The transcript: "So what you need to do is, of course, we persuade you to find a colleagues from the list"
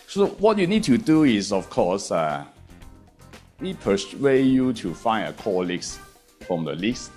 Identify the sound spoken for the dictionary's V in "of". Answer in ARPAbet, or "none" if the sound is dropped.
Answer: F